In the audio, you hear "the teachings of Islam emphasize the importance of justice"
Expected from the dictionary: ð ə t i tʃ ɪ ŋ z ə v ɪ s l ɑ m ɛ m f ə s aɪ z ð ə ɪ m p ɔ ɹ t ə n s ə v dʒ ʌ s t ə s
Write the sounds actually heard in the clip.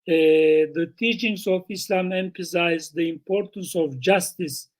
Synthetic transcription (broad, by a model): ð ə t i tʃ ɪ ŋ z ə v ɪ s l ɑ m ɛ m f ə s aɪ z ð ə ɪ m p ɔ ɹ t ə n s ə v dʒ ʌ s t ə s